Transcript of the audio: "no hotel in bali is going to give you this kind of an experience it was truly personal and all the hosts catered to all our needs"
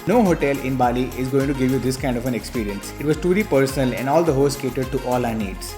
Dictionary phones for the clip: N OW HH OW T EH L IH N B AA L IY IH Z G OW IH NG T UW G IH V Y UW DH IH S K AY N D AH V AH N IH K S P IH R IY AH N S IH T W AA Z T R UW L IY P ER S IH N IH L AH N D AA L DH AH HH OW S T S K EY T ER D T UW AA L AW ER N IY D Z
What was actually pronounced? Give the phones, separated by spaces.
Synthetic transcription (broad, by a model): N OW HH OW T EH L IH N B AA L IY IH Z G OW IH NG T UW G IH V Y UW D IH S K AY N D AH F AH N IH K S P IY R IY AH N S IH T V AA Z T UW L IY P ER S IH N IH L AH N D AA L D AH HH OW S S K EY T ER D T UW AA L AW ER N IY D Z